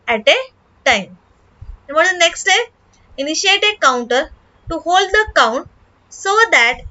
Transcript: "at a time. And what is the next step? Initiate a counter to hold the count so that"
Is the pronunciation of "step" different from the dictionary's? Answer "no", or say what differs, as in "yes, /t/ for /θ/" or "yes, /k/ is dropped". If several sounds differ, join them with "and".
yes, /p/ is dropped